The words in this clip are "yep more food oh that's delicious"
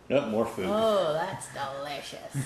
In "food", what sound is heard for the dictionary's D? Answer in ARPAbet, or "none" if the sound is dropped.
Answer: none